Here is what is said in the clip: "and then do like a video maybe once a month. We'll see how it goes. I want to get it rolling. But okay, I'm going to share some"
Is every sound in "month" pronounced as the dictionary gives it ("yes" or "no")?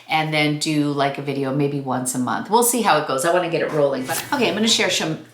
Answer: yes